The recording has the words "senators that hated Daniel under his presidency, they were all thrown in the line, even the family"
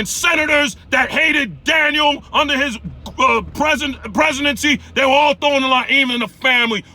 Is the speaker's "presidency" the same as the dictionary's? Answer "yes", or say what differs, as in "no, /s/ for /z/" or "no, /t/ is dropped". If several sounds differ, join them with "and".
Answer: yes